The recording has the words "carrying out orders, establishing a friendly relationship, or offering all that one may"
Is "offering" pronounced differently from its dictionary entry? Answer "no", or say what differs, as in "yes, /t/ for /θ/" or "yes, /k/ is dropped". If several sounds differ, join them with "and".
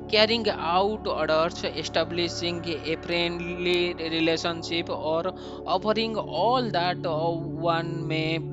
yes, /p/ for /f/